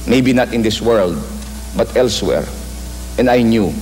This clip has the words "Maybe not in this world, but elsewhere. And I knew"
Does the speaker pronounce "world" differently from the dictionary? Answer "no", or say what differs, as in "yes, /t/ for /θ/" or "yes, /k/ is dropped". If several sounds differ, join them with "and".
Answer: no